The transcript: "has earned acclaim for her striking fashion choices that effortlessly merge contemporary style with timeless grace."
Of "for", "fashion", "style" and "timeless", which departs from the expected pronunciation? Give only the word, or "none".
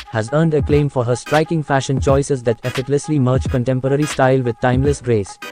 none